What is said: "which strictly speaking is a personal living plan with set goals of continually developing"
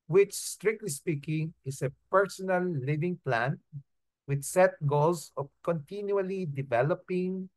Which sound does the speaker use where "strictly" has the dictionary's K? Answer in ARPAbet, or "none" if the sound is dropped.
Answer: K